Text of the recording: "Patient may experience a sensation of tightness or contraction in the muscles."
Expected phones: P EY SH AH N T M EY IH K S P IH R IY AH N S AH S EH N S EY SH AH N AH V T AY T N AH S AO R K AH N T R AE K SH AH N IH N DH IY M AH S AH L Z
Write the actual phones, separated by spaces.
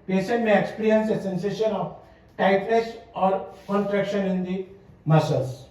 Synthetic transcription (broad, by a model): P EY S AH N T M EY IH K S P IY R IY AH N S AH S EH N S EY SH AH N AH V T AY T L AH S AO R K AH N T R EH K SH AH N IH N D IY M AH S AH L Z